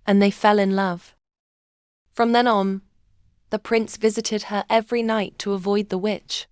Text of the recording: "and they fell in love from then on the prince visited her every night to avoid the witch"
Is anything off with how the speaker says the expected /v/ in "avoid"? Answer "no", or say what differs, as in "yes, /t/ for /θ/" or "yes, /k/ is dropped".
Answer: no